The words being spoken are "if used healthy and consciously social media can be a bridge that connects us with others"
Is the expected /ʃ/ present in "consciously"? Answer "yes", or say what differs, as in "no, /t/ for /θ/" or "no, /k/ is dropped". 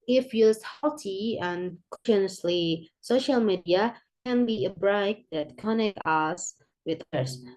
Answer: no, /ʃ/ is dropped